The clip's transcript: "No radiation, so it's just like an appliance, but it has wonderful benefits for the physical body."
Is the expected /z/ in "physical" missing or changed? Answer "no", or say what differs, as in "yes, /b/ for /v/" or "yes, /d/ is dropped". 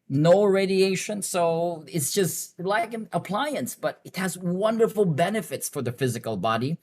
no